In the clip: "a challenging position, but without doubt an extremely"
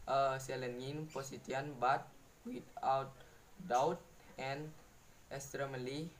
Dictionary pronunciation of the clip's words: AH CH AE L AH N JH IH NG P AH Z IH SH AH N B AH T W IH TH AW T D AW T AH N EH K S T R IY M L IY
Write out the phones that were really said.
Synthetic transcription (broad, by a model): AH S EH L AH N IH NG P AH S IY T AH N B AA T W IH T AW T D AW T AH N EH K S T R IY M L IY